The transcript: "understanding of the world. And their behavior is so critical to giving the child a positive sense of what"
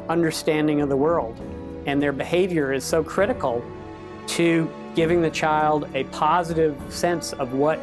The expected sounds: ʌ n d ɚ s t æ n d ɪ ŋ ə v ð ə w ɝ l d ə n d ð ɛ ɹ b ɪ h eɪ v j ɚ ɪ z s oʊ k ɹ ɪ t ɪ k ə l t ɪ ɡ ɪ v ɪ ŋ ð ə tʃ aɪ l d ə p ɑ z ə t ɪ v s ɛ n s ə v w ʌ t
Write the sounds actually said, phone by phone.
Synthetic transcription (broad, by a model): ʌ n d ɚ s t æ n d ɪ ŋ ə v ð ə w ɝ l d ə n ð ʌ ɹ b ɪ h eɪ v j ɚ ɪ z s oʊ k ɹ ɪ t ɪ k l t ɪ ɡ ɪ v ɪ ŋ ð ə tʃ aɪ l d ə p ɑ z ə t ɪ v s ɛ n s ə v w ʌ t